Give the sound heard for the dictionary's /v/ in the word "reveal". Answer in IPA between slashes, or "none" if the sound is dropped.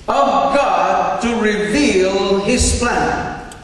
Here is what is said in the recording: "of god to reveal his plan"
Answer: /v/